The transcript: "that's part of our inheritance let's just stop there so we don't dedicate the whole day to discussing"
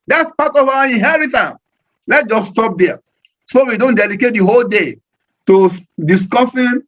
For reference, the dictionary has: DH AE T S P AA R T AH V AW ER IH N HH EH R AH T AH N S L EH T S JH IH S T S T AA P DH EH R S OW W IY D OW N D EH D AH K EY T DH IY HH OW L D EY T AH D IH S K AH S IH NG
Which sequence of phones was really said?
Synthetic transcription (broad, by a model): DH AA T S P AA T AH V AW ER IH N HH EH R AH T AH N S L EH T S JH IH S S T AA P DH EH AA S OW W IY D OW N D EH D AH K EY T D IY HH OW L D EY T AH D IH S K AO S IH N